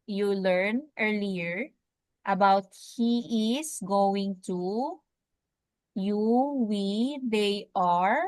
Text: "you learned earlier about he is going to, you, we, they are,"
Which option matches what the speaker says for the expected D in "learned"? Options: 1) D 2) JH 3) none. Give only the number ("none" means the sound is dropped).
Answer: 3